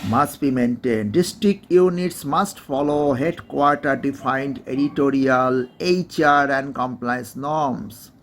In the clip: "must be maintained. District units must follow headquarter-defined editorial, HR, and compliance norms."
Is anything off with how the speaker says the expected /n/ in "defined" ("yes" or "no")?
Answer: no